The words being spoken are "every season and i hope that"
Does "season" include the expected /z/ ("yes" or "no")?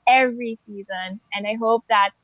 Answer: yes